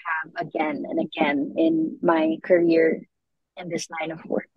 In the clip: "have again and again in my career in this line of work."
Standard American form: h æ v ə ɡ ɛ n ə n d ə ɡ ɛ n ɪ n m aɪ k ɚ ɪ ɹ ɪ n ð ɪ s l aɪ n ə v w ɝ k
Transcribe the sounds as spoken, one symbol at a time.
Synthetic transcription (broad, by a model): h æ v ə ɡ ɛ n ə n ə ɡ ɛ n ɪ n m aɪ k ɚ ɪ ɹ ɪ n ð ɪ s n aɪ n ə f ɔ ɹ